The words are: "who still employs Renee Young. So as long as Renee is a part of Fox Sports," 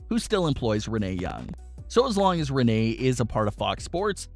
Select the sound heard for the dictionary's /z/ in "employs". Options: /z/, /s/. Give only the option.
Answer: /z/